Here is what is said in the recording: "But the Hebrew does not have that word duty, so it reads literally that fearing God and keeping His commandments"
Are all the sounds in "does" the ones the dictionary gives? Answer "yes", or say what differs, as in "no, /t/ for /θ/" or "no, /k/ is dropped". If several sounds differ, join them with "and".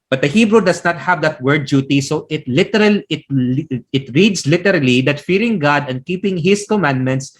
no, /s/ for /z/